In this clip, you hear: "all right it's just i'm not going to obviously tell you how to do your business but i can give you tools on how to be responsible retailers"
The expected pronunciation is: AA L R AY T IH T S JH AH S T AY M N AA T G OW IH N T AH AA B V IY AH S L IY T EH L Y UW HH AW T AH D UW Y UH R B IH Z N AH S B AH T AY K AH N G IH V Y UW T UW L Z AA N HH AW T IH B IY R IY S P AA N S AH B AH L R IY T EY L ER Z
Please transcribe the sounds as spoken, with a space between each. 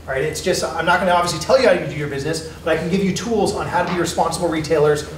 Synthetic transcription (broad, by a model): R AY T IH T S JH AH S T AY M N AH T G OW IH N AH AA B V IY AH S L IY T EH L Y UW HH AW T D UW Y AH R B IH Z N AH S B AH T AY K N G IH V Y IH T UW L Z N HH AW T IH B IY R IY S P AA N S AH B L R IY T EY L ER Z